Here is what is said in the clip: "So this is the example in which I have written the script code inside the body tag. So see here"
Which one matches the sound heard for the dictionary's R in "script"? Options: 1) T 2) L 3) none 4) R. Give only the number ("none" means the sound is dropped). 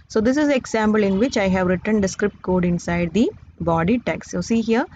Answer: 4